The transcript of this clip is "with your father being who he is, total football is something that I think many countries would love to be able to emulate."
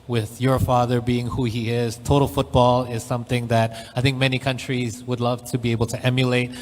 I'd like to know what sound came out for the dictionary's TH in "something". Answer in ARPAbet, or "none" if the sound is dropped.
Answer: TH